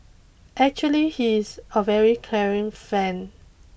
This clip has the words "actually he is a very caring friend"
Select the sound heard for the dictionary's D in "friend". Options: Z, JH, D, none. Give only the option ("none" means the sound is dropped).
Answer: none